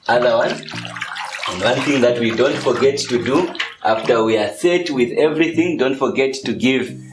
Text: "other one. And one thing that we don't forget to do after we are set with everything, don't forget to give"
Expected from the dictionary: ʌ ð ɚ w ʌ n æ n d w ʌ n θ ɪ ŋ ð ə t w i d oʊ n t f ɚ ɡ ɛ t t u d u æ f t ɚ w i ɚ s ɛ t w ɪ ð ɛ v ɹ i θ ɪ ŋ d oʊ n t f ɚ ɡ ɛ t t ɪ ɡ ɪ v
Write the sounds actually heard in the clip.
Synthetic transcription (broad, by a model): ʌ ð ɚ w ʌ n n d w ʌ n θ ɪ ŋ ð ə t w i d oʊ n t f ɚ ɡ ɛ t t u d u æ f t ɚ w i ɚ s ɛ t w ɪ ð ɛ v ɹ i θ ɪ ŋ d oʊ n t f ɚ ɡ ɛ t t ɪ ɡ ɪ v